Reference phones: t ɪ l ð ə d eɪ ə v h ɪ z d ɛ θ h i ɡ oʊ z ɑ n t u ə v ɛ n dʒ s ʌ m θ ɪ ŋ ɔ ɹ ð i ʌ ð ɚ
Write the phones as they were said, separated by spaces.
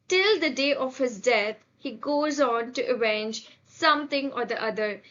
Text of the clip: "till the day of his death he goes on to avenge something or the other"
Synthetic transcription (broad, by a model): t ɪ l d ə d eɪ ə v h ɪ z d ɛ t h i ɡ oʊ z ɑ n t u ə v ɛ n dʒ s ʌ m t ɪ ŋ ɔ ɹ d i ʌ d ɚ